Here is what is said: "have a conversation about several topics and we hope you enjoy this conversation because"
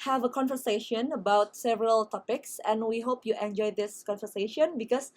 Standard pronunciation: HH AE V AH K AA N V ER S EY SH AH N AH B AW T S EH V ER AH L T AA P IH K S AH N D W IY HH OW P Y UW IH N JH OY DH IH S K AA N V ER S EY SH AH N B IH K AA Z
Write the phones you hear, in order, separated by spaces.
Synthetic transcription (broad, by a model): HH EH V AH K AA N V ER S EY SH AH N AH B AW T S EH V ER AH L T AA P IH K S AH N W IY HH OW P Y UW IH N JH OY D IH S K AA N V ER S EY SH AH N B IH K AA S